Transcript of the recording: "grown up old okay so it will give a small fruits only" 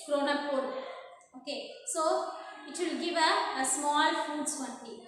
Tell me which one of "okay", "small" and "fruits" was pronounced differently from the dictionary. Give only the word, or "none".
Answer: fruits